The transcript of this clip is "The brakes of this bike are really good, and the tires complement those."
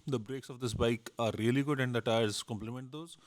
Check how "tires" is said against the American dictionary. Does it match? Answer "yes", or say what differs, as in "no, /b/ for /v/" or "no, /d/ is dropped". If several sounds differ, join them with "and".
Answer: yes